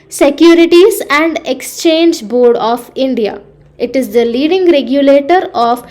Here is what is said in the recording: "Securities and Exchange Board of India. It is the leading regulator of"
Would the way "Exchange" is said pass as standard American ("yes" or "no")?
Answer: yes